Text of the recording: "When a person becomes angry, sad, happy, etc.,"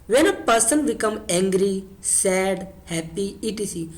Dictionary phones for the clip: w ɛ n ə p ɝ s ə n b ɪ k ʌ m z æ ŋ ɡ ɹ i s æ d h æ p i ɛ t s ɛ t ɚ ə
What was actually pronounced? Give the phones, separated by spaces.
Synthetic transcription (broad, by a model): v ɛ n ə p ɝ s ə n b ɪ k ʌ m æ ŋ ɡ ɹ i s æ d h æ p i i t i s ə